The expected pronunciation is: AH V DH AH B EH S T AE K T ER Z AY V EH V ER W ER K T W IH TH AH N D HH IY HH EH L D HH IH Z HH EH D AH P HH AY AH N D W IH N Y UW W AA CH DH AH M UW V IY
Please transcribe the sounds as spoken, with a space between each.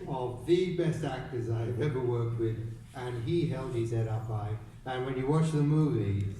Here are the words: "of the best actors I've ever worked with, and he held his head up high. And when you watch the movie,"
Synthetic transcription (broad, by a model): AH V DH AH B EH S T AE K T ER Z AY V EH V ER W ER K T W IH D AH N IY HH EH L D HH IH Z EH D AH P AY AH N W IH N Y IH W AA CH DH AH M UW V IY